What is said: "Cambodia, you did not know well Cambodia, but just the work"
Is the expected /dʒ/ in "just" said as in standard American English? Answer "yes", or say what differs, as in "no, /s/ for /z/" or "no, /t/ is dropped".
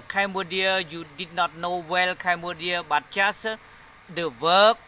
no, /tʃ/ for /dʒ/